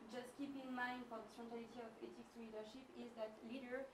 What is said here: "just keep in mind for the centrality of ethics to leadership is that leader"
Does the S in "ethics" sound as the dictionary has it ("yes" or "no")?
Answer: no